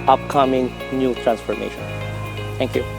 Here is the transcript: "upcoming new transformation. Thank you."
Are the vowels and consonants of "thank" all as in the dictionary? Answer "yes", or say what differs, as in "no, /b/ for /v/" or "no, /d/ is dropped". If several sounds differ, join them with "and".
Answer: no, /t/ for /θ/